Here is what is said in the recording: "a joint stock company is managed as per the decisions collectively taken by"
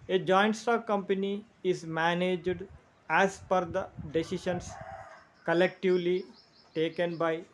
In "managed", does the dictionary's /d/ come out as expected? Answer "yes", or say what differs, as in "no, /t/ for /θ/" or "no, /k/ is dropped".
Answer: yes